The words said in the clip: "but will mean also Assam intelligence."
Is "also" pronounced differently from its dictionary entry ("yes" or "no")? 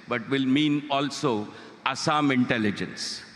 no